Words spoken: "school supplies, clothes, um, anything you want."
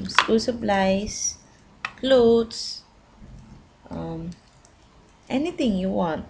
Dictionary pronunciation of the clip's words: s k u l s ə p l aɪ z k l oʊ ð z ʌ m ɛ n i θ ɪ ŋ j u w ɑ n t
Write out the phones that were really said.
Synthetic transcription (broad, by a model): s k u l s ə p l aɪ s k l oʊ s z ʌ m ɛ n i t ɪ ŋ j u w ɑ n t